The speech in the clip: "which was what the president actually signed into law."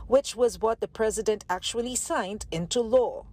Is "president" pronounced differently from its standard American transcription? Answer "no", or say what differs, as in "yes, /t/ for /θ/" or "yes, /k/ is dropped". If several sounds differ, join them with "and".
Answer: no